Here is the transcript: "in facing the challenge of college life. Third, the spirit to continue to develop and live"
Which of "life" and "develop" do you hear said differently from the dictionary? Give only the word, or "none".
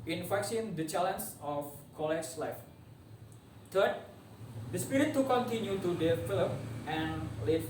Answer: develop